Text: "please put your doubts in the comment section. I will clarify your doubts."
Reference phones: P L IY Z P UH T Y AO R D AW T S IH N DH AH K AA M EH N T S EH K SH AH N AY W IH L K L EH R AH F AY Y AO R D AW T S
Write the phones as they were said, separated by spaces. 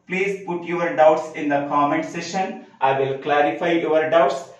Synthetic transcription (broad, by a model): P L IY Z P UH T Y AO R D AW T S IH N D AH K AA M EH N T S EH SH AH N AY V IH L K L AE R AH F AY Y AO R D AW T S